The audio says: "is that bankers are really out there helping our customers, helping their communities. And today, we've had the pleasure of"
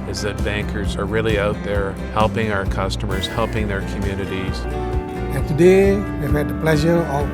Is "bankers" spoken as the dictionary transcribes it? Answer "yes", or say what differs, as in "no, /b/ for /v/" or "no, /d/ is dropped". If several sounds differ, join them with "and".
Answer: yes